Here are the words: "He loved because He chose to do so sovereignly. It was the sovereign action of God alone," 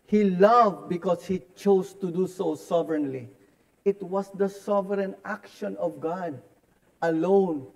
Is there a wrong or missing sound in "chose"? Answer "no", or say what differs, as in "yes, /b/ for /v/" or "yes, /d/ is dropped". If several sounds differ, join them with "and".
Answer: yes, /s/ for /z/